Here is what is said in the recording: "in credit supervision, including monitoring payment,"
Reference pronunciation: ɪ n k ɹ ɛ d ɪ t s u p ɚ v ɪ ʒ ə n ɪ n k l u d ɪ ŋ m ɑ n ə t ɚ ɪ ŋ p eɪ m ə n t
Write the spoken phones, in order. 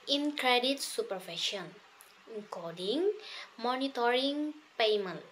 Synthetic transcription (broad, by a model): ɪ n k ɹ ɛ d ɪ t s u p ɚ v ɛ ʃ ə n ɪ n k ɔ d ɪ ŋ m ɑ n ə t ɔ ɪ ŋ p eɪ m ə n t